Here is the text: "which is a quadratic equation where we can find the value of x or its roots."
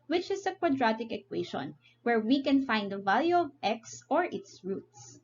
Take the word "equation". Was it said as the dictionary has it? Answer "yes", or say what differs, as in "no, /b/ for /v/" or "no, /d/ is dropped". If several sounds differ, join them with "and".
no, /ʃ/ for /ʒ/